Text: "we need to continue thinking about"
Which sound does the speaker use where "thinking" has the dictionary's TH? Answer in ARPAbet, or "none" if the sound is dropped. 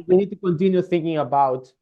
TH